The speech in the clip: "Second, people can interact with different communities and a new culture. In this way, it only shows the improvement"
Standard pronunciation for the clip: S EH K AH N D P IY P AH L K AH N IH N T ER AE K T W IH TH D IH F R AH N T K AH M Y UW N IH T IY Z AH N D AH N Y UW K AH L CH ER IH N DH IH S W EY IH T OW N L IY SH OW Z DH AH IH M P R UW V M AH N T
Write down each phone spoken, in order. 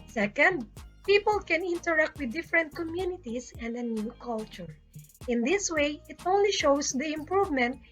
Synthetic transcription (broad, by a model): S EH K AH N D P IY P AH L K AH N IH N T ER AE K T W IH D IH F R AH N T K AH M Y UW N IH T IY S AH N D AH N Y UW K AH L CH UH IH N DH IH S W EY IH T OW N L IY SH OW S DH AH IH M P R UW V M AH N T